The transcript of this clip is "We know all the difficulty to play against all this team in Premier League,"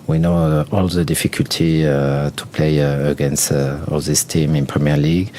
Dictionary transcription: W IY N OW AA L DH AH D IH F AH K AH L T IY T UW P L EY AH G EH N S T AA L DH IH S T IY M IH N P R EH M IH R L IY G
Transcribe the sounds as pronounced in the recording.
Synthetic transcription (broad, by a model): W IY N OW AA L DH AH D IH F AH K AH L T IY T UW P L EY AH G EH N S T AA L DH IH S T IY M IH N P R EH M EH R L IY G